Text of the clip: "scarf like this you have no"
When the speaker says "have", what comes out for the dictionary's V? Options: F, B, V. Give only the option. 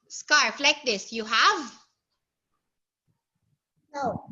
V